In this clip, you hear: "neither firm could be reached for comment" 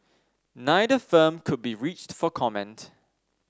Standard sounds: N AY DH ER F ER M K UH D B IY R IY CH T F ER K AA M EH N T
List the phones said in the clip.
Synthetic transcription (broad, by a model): N AY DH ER F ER M K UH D B IY R IY CH T F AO K AA M EH N T